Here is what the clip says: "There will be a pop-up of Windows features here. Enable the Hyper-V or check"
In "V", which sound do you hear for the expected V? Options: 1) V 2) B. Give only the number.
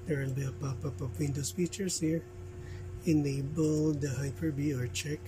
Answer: 2